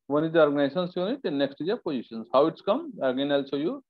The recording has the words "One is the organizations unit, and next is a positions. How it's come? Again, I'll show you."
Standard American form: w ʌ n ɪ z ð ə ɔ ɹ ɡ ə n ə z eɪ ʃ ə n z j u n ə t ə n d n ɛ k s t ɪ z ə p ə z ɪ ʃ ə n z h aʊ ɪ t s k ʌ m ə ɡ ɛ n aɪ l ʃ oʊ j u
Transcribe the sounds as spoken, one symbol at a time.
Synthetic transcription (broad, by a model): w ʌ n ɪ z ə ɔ ɹ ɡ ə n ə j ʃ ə n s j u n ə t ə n n ɛ k s t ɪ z ə p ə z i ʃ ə n s h aʊ ɪ t s k ʌ m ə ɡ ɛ n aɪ l s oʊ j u